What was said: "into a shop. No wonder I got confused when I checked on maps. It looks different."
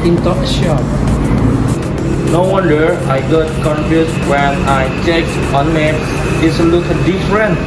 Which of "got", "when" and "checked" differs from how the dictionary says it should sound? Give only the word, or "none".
checked